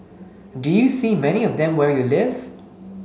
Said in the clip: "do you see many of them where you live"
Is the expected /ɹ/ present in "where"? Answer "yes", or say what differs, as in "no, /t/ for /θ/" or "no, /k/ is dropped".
yes